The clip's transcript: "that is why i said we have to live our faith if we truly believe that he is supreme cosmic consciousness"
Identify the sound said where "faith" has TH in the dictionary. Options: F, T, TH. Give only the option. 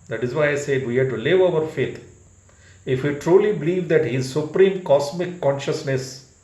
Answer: T